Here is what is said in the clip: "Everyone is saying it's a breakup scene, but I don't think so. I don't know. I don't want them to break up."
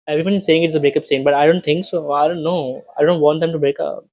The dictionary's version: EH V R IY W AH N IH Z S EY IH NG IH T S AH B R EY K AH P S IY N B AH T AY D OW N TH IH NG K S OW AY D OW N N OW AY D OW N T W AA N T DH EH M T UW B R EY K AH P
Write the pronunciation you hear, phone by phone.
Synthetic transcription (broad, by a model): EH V R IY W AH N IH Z S EY IH NG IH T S AH B R EY K AH P S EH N B AH T AY D OW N T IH NG K S OW AY D OW N N OW AY D OW N T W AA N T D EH M T UW B R EY K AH P